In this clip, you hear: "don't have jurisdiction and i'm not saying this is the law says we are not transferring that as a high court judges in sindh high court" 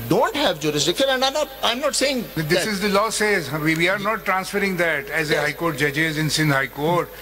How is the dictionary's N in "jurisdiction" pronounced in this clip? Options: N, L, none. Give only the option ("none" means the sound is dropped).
L